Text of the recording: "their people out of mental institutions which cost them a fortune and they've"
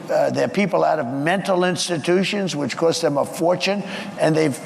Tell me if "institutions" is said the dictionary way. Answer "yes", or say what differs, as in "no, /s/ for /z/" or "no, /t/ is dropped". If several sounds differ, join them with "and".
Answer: yes